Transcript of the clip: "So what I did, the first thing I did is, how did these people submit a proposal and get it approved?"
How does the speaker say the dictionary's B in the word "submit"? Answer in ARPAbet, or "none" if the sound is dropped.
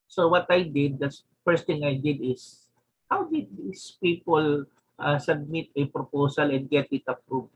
B